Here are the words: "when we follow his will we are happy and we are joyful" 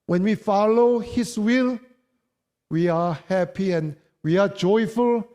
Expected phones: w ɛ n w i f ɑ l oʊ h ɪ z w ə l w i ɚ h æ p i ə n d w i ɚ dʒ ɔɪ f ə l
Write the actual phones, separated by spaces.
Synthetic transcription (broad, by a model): w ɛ n w i f ɑ l oʊ h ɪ s w ə l w i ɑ h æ p i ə n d w i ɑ dʒ ɔɪ f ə l